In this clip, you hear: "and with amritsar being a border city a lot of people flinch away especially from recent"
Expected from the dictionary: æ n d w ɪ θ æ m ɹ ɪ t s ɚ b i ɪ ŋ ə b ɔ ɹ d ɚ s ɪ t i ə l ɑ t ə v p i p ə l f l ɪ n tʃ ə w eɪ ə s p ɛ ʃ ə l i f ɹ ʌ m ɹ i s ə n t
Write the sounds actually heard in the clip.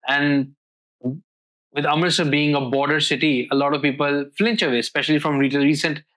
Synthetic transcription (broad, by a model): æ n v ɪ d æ m ɪ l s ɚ b i ɪ ŋ ə b ɔ ɹ d ɚ s ɪ t i ə l ɑ t ə v p i p ə l f l ɪ n tʃ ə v eɪ s p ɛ ʃ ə l i f ɹ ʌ m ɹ i s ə n t